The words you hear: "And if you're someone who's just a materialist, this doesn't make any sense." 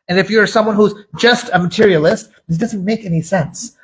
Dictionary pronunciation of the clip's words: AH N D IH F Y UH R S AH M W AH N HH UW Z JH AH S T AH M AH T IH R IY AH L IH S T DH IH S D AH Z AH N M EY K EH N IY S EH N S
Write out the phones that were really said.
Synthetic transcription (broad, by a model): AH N IH F Y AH R S AH M W AH N HH UW Z JH AH S T AH M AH T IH R IY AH L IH S T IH D AH Z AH N M EY K EH N IY S EH N S